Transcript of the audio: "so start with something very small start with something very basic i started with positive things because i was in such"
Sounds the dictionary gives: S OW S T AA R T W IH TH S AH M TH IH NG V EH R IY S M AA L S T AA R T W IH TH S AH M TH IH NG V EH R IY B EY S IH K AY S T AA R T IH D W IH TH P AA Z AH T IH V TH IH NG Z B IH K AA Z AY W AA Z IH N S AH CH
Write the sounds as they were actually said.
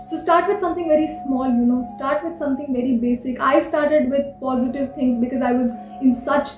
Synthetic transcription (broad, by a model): S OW S T AA R T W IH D S AH M T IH NG V EH R IY S M AA L S T AA R T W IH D S AH M T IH NG V EH R IY B EY S IH K AY S T AA R T IH D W IH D P AA Z AH T IH V T IH NG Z B IH K AA Z AY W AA Z IH N S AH CH